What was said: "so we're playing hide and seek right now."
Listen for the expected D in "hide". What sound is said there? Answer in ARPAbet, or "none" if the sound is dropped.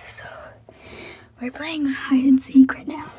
none